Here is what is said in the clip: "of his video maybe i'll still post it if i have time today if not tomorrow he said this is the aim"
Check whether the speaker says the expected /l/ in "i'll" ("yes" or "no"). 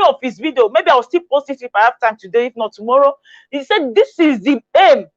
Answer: no